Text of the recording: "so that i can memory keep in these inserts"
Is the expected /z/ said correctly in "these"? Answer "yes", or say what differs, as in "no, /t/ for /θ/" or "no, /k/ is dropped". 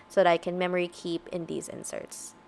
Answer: yes